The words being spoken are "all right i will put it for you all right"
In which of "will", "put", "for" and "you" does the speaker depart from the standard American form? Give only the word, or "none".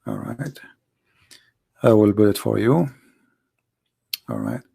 put